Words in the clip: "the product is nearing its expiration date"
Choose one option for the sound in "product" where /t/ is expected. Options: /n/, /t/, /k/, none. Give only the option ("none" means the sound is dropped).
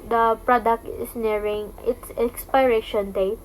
/t/